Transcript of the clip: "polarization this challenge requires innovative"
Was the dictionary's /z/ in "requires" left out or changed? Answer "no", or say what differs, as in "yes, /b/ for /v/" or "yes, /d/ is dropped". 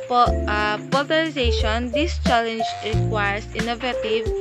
yes, /s/ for /z/